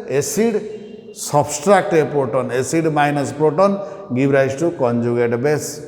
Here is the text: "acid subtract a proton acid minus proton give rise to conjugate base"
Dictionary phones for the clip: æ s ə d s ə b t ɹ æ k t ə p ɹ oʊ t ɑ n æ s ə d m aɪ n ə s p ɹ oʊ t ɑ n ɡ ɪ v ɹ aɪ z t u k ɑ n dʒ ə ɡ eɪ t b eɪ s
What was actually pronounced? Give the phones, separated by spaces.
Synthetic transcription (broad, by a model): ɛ s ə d s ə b t ɹ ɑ k t ə p ɹ oʊ t ɑ n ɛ s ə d m aɪ n ə s p ɹ oʊ t ɑ n ɡ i b ɹ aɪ s t u k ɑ n dʒ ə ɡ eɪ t b eɪ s